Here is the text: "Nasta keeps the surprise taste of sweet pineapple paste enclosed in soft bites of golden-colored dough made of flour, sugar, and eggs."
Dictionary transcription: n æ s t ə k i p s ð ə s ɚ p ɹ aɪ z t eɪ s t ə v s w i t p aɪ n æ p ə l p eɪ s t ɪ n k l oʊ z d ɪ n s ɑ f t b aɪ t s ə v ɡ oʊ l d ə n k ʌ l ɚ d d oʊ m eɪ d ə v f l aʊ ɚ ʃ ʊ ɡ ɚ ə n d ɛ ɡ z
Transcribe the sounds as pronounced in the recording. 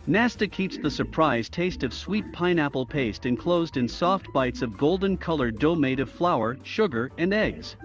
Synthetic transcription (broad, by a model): n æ s t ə k i p s ð ə s ɚ p ɹ aɪ z t eɪ s t ə v s w i t p aɪ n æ p l p eɪ s t ɪ n k l oʊ z d ɪ n s ɑ f t b aɪ t s ə v ɡ oʊ l d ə n k ʌ l ɚ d d oʊ m eɪ d ə v f l aʊ ɚ ʃ ʊ ɡ ɚ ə n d ɛ ɡ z